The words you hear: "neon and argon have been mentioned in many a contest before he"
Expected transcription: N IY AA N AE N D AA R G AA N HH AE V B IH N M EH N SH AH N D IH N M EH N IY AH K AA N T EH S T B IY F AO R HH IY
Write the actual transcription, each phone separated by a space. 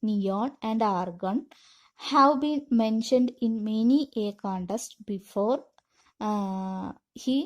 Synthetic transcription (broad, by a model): N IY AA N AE N D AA R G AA N HH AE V B IH N M EH N SH AH N D IH N M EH N IY AH K AA N T EH S T B IY F AO R HH IY